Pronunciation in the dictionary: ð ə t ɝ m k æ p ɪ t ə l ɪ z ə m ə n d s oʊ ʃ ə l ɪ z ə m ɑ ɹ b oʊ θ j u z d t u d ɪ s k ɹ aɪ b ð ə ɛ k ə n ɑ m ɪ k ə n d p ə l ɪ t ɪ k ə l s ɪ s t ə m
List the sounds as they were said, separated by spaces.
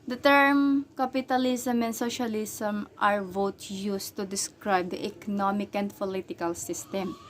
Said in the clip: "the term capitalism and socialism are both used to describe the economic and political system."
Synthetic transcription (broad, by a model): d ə t ɝ m k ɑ p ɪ t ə l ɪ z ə m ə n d s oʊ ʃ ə l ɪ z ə m ɑ ɹ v oʊ t j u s t u d ɪ s k ɹ aɪ b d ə ɛ k ə n ɑ m ɪ k ə n d p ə l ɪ t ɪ k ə l s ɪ s t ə m